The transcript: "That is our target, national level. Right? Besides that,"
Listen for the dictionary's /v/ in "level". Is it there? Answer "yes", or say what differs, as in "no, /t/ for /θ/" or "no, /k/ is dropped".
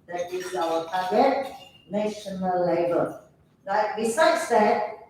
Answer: no, /b/ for /v/